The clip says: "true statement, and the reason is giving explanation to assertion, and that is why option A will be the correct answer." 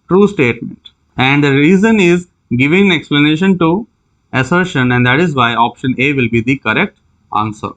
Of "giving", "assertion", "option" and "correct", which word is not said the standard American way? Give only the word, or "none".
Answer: none